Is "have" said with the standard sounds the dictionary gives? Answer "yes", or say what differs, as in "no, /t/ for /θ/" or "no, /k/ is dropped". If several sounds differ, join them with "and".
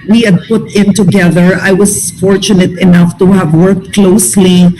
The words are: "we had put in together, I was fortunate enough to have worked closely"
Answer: yes